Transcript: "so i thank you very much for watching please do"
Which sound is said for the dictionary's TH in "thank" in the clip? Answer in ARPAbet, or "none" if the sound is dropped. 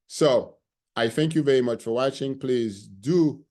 TH